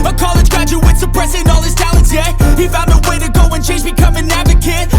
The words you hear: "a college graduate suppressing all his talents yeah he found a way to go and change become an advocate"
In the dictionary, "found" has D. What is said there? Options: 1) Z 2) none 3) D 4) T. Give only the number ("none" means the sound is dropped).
2